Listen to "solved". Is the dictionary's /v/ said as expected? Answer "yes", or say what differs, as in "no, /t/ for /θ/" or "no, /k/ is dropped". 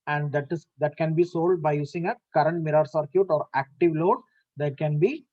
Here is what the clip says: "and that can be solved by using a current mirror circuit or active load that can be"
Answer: no, /v/ is dropped